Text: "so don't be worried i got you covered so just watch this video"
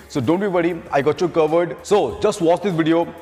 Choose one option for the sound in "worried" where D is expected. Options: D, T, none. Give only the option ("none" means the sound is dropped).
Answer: none